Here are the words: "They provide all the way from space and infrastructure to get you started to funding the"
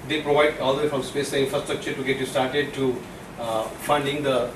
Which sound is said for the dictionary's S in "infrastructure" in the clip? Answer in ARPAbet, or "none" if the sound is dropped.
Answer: S